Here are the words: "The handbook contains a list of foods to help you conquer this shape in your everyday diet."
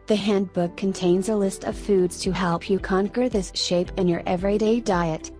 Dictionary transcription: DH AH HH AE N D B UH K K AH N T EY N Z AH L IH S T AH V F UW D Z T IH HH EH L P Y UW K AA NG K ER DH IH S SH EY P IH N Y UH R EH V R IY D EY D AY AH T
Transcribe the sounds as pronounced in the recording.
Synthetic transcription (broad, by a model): DH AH HH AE N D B UH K K AH N T EY N Z AH L IH S T AH V F UW D Z T IH HH EH L P Y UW K AA NG K ER DH IH S SH EY P IH N Y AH R EH V R IY D EY D AY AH T